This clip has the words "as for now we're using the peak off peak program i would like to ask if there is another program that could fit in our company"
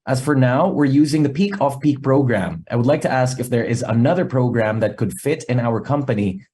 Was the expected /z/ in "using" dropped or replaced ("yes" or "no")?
no